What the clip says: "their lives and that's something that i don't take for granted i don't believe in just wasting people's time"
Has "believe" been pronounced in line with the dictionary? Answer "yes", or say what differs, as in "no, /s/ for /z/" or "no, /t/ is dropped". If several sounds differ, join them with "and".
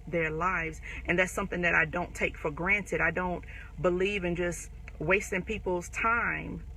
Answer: yes